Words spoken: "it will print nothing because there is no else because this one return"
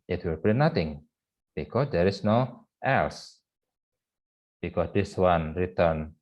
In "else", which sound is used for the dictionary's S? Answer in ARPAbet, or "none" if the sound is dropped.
S